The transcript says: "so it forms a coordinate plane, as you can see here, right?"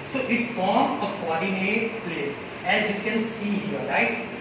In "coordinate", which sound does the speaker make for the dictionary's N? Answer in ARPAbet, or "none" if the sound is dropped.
L